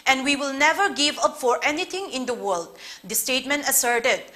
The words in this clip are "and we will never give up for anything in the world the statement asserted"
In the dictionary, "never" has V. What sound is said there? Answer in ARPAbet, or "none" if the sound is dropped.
V